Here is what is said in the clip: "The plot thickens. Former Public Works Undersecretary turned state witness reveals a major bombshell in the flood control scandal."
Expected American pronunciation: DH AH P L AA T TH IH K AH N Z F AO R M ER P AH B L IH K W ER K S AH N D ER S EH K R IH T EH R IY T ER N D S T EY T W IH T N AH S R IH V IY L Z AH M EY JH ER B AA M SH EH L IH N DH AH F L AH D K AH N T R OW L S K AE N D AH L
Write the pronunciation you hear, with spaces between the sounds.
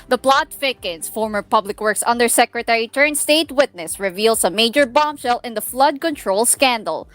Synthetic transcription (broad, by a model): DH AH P L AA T F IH K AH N S F AO R M ER P AH B L IH K W ER K S AH N D ER S EH K R IH T EH R IY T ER N S T EY T W IH T N AH S R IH V IY L S AH M EY JH ER B AA M SH EH L IH N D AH F L AH D K AH N T R OW L S K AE N D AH L